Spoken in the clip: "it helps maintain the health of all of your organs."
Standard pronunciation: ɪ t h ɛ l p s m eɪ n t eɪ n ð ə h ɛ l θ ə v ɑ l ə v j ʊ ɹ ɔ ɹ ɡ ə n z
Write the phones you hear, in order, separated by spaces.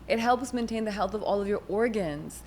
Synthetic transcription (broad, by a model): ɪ t h ɛ l p s m eɪ n t eɪ n ð ə h ɛ l θ ə v ɑ l ə v j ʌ ɹ ɔ ɹ ɡ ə n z